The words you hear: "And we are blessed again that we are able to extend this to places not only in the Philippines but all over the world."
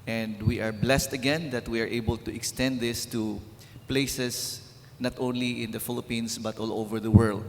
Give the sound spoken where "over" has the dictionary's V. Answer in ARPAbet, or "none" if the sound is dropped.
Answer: V